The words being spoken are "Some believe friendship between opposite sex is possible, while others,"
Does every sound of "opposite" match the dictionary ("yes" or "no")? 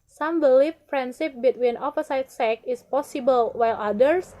no